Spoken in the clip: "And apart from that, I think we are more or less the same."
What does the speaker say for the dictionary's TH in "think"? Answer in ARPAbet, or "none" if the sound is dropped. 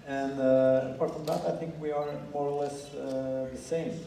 TH